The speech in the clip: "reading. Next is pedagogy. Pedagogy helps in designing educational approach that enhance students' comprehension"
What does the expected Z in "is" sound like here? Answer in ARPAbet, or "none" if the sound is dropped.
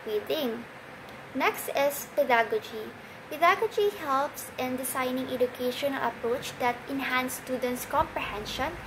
S